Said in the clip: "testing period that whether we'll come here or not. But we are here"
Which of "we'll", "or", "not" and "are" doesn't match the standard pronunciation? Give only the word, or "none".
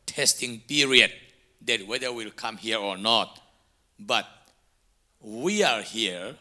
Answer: none